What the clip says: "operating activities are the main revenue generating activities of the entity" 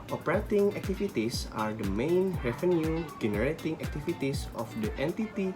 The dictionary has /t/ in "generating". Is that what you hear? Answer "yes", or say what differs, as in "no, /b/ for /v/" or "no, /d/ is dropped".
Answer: yes